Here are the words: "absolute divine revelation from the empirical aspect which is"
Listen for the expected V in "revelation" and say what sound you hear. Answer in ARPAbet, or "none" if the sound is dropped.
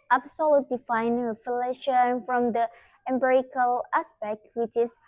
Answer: F